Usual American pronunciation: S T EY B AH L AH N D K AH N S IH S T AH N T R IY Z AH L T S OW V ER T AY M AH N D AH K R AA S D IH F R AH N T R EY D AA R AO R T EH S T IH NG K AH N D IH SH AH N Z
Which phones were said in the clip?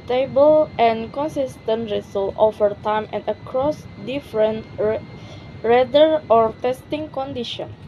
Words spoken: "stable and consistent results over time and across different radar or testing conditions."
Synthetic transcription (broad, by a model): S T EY B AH L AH N K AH N S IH S T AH N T R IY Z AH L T OW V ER T AY M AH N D AH K R AA S D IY F R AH N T R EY D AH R AO R T EH S T IH NG K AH N D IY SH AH N